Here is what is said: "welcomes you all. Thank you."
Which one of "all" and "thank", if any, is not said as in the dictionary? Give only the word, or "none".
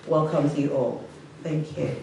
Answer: none